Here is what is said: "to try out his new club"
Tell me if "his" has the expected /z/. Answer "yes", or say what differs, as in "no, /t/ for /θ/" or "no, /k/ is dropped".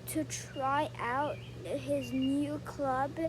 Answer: yes